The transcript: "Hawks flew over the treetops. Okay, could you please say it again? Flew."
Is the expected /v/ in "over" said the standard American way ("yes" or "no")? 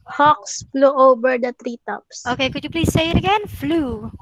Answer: no